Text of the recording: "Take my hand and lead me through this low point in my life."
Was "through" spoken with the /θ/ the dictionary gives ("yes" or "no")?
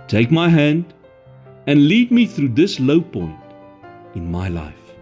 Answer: yes